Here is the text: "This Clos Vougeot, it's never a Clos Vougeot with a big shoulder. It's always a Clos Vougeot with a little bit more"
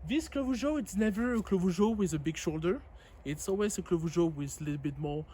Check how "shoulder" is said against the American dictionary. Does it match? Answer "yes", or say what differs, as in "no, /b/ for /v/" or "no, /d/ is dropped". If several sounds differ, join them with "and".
yes